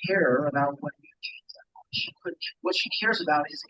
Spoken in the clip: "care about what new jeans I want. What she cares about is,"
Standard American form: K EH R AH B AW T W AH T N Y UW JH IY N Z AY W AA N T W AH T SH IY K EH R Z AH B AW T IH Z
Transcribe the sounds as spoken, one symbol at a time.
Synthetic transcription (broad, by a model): K EH R AH B AW T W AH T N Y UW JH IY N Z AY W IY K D W AH T SH IY K EH R Z AH B AW T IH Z